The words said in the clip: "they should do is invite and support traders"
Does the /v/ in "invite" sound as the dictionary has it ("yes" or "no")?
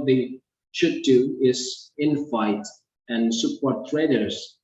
no